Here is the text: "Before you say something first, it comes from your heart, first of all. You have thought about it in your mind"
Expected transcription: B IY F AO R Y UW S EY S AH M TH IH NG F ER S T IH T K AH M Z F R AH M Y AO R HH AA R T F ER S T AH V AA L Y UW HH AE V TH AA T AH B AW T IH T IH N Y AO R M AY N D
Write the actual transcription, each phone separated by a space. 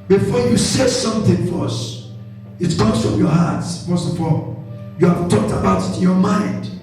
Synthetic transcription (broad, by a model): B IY F AO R Y UW S EY S AH M TH IH NG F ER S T IH T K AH Z F R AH M Y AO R HH AA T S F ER S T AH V AA L Y UW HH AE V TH AA T AH B AW T IH T IH N Y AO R M AY N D